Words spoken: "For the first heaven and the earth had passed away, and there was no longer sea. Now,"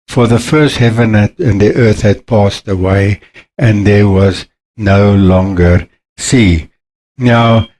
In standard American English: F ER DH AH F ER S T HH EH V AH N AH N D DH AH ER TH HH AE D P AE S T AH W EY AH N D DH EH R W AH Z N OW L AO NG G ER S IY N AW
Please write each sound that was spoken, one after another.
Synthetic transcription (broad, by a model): F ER DH AH F ER S T HH EH V AH N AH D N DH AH ER TH HH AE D P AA S T AH W EY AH N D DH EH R W AH Z N OW L AO NG G ER S IY N AW